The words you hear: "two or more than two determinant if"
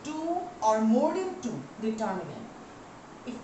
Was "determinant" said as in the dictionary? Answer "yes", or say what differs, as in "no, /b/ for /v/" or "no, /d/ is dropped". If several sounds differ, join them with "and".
no, /m/ is dropped